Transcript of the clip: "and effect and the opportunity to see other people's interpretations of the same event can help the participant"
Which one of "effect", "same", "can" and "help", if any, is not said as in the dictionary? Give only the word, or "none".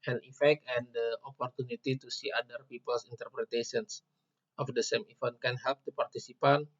none